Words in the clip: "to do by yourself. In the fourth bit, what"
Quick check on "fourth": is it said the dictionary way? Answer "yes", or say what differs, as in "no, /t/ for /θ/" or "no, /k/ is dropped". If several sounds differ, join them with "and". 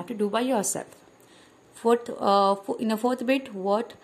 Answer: no, /t/ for /θ/